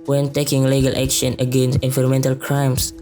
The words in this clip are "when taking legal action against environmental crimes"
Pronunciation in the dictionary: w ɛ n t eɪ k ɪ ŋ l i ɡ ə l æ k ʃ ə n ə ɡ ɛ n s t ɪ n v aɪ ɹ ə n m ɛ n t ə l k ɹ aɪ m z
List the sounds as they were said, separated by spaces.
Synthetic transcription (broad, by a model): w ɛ n t eɪ k ɪ ŋ l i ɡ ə l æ k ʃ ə n ə ɡ ɛ n s t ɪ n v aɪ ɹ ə m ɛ n t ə l k ɹ aɪ m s